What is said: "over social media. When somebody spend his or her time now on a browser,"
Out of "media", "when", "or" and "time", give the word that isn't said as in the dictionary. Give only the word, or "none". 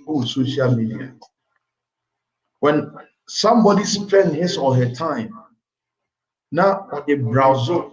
or